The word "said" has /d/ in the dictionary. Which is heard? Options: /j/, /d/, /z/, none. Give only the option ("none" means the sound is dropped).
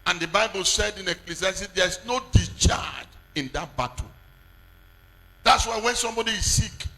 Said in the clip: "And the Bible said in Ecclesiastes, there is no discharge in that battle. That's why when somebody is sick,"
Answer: /d/